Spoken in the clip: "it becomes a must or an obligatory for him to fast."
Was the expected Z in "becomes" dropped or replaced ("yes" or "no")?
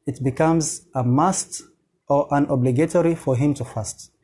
no